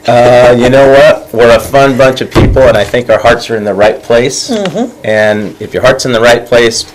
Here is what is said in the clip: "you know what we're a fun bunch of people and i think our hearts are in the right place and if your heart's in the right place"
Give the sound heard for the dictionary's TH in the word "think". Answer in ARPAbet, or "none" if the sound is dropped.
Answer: TH